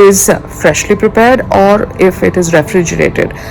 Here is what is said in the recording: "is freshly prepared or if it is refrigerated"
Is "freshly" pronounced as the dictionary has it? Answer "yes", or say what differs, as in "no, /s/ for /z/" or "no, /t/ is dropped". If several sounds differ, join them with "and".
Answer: yes